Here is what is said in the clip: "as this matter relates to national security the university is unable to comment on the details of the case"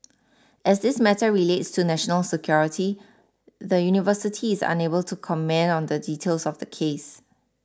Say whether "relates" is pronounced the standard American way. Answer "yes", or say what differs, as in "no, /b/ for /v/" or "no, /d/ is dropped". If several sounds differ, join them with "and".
yes